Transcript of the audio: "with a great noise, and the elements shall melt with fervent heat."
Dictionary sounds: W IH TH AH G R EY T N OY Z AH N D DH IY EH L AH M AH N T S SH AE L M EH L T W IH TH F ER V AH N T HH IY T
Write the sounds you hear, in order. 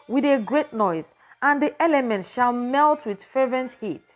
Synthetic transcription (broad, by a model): W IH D AH G R EY T N OY Z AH N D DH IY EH L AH M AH N T SH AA L M EH L T W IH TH F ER V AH N T HH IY T